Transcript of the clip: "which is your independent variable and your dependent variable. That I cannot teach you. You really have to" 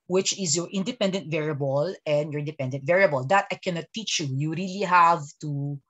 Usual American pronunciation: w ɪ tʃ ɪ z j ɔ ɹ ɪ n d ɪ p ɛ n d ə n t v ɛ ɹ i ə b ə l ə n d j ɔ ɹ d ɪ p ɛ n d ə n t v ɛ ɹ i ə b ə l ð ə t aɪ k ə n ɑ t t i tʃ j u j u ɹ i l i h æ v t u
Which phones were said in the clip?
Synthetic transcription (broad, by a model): w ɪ tʃ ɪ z j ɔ ɹ ɪ n d ɪ p ɛ n d ə n t v ɛ ɹ i ə b ə l ə n d j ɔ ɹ d ɪ p ɛ n d ə n t v ɛ ɹ i ə b ə l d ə t aɪ k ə n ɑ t t i tʃ j u j u ɹ i l i h æ v t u